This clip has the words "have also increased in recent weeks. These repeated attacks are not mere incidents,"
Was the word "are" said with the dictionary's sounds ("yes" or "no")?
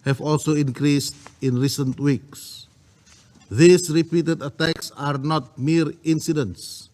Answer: yes